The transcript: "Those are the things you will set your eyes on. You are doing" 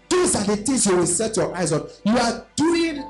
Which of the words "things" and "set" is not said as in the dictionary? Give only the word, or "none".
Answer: things